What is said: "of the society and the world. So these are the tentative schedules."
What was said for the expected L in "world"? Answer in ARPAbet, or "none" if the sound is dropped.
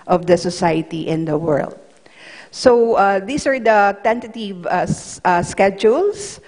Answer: L